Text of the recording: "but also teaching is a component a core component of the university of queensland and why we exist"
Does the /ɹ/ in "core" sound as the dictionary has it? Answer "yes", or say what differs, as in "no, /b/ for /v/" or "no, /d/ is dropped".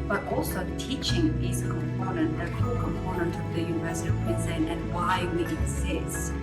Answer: no, /l/ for /ɹ/